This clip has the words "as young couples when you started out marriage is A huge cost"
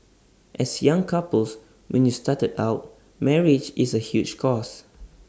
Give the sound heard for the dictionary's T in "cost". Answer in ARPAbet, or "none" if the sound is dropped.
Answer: none